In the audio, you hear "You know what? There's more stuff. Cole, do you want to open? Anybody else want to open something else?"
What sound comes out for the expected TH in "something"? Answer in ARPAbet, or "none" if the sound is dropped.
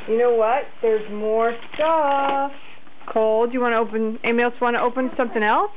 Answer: TH